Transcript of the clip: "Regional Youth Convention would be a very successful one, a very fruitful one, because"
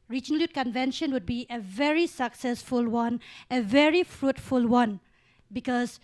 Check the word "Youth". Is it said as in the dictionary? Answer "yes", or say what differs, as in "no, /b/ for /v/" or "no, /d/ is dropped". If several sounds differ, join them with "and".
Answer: no, /t/ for /θ/